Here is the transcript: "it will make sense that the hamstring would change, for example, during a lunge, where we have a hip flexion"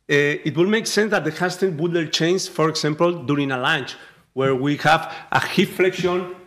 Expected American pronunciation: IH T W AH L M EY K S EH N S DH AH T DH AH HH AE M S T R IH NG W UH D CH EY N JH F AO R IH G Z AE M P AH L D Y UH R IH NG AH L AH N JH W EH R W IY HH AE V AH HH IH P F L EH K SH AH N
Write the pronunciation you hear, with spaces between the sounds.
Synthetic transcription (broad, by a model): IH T W AH L M EY K S EH N S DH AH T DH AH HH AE S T IH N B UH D CH EY N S F AO R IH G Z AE M P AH L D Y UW R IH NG AH L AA N CH W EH R W IY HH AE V AH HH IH F F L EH K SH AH N